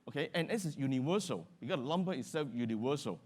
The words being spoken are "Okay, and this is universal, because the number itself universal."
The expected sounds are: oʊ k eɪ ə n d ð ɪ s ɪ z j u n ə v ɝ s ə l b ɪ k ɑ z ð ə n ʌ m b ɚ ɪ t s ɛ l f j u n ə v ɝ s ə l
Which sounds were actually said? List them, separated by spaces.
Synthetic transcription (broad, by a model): oʊ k eɪ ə n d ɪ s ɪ s j u n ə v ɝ s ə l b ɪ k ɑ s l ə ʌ m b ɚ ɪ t s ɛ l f j u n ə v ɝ s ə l